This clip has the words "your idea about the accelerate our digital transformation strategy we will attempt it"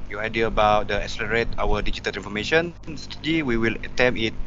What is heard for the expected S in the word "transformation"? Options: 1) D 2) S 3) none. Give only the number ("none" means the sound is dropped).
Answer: 3